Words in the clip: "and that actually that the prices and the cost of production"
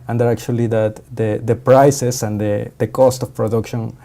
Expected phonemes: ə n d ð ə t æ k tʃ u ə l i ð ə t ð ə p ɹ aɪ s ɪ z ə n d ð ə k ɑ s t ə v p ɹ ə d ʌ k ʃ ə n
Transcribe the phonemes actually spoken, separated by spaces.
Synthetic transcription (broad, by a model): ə n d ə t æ k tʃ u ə l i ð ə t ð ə p ɹ aɪ s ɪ s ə n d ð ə k ɑ s t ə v p ɹ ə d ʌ k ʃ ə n